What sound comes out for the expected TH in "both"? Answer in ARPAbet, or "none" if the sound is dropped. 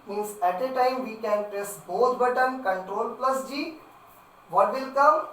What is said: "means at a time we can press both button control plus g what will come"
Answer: T